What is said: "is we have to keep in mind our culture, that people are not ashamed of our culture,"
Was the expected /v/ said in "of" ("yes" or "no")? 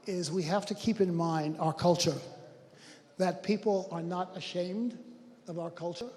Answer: yes